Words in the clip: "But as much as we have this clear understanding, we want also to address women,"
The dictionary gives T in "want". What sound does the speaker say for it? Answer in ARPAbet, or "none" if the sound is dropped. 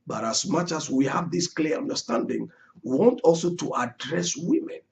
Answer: T